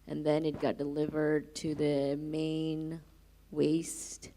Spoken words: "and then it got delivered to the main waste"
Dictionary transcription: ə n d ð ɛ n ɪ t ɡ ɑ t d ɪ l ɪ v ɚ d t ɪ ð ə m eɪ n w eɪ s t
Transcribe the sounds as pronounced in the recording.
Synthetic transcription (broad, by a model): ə n ð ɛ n ɪ t ɡ ɑ t d ɪ l ɪ v ɚ d t ɪ ð ə m eɪ n w eɪ s t